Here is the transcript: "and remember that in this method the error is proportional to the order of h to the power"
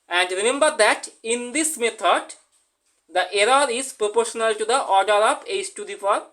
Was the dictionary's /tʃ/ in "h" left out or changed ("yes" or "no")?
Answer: yes